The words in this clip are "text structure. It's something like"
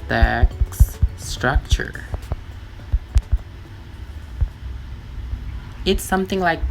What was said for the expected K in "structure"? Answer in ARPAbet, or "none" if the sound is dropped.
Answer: K